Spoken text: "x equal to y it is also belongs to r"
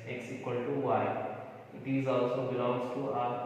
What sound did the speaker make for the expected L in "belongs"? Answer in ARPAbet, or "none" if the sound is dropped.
none